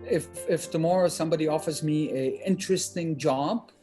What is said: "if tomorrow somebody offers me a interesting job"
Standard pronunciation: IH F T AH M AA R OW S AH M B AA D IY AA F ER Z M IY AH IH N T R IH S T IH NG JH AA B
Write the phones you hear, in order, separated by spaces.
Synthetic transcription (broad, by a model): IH F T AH M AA R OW S AH M B AA D IY AA F ER Z M IY AH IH N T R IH S T IH NG JH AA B